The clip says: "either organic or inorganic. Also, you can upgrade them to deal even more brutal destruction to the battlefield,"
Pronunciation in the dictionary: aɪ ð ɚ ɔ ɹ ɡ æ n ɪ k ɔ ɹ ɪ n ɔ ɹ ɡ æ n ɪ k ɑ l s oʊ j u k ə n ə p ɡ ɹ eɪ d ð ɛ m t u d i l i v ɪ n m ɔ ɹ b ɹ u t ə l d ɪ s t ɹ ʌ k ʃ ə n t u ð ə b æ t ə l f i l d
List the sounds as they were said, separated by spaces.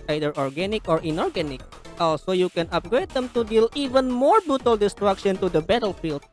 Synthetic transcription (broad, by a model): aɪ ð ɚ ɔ ɹ ɡ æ n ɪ k ɔ ɹ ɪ n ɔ ɹ ɡ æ n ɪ k ɑ l s oʊ j u k ə n ə p ɡ ɹ eɪ d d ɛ m t u d i l i v ɪ n m ɔ ɹ b ɹ u t ə l d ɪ s t ɹ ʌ k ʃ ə n t u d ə b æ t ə l f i l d